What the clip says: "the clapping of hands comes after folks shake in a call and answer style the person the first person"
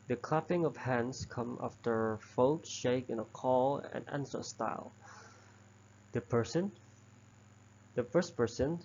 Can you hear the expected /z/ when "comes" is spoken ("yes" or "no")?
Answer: no